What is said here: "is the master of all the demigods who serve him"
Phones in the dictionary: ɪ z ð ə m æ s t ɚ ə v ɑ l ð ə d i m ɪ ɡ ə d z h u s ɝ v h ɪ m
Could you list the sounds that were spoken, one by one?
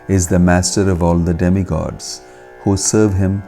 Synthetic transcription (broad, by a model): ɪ z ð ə m æ s t ɚ ə v ɑ l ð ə d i m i ɡ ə d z h u s ɝ v h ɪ m